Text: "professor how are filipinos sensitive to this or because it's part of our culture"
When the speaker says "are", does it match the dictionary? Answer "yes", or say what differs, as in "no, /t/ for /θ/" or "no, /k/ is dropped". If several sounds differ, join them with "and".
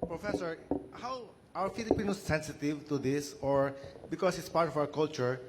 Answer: no, /w/ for /ɹ/